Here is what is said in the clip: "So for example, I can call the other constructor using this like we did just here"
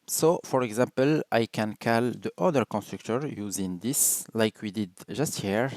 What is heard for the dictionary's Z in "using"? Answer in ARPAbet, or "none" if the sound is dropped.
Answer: Z